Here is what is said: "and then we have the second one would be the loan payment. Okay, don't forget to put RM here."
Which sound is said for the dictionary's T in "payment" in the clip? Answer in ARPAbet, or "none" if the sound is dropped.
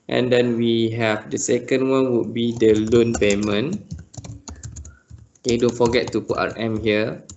none